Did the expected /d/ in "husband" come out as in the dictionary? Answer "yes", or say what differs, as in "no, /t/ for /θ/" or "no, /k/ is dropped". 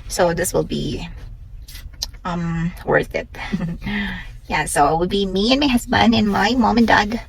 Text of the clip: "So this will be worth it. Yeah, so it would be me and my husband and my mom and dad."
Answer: no, /d/ is dropped